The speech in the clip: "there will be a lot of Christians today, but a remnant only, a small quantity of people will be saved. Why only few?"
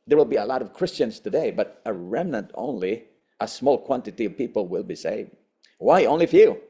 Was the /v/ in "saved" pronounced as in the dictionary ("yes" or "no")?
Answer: yes